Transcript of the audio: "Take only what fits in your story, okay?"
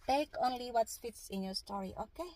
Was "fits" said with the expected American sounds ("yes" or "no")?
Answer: yes